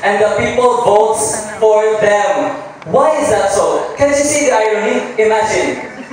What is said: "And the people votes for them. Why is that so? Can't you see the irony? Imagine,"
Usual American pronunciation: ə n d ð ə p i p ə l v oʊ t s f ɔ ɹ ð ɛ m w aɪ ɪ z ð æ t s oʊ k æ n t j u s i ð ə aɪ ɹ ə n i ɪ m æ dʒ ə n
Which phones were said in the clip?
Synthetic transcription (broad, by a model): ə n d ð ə p i p ə l b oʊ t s f ɔ ɹ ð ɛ m w aɪ ɪ z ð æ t s oʊ k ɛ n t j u s i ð aɪ ɹ ə n i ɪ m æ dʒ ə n